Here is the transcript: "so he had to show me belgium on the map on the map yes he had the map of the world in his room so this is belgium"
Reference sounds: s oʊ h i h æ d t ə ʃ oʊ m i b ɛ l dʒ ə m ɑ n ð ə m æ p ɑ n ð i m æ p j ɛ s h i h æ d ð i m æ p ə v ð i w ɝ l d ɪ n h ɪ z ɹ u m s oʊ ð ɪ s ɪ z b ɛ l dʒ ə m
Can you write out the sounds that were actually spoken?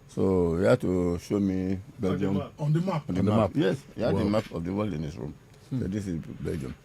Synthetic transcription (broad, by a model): s oʊ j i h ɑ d t ə ʃ oʊ m i b ɛ l dʒ ə m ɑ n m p ɑ n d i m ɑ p j ɛ s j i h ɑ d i m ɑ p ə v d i w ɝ l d ɪ n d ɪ s ɹ u m s oʊ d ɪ s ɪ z b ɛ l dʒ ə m